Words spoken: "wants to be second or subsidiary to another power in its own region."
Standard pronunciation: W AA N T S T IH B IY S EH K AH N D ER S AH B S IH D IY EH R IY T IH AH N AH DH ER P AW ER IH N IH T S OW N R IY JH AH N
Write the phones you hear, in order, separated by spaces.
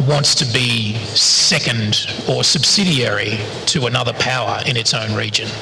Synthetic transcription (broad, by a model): W AA N T S T IH B IY S EH K AH N D ER S AH B S IH D IY EH R IY T IH AH N AH DH ER P AW ER IH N IH T S OW N R IY JH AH N